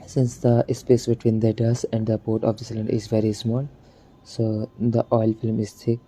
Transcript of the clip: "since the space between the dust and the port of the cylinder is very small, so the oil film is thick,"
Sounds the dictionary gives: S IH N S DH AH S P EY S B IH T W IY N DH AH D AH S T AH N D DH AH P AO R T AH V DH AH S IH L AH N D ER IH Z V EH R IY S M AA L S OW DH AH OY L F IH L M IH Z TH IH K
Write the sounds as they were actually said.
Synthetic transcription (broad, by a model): S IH N S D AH S P EY S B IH T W IY N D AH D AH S AH N D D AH P AO R T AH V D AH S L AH N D IH Z V EH R IY S M AA L S OW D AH OY L F IH L M IH Z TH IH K